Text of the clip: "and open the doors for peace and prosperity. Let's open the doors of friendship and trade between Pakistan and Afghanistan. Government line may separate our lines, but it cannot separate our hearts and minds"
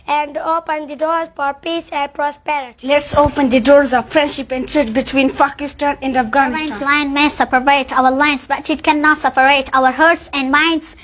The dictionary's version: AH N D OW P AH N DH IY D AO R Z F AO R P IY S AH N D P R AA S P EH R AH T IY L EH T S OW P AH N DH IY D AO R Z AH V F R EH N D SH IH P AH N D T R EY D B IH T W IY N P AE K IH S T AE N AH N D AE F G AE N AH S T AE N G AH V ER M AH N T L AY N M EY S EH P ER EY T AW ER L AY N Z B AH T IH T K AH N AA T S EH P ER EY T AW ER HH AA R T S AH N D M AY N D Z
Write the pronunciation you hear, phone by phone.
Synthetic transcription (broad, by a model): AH N D OW P AH N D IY D AO R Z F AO R P IY S AH N D P R AA S P EH R AH T IY L EH T S OW P AH N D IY D AO R Z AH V F R EH N D SH IH P AH N D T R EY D B IH T W IY N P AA K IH S T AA N AH N D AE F G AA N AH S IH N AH L AY N M EY S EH P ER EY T AW ER L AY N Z B AH T IH T K AH N AA T S EH P ER EY T AW ER HH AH R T S AH N D M AY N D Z